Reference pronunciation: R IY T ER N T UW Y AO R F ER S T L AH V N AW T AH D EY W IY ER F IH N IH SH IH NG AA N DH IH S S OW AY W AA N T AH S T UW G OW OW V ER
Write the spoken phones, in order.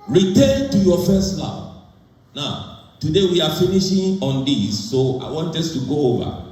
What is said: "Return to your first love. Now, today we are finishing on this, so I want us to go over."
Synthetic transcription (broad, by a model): R IY T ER N T UW Y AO F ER S T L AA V N AW T AH D EY W IY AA F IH N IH SH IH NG AA N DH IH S S OW AY W AA N T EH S T UW G OW OW V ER